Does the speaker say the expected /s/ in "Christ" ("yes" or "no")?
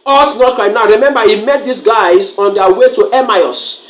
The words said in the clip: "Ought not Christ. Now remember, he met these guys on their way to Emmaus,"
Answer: no